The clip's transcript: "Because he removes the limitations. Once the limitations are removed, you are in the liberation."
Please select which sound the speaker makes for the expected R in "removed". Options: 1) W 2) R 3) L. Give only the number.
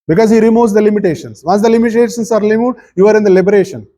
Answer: 3